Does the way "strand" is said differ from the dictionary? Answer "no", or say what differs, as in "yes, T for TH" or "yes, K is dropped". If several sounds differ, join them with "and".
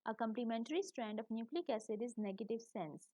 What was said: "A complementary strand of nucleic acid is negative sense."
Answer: no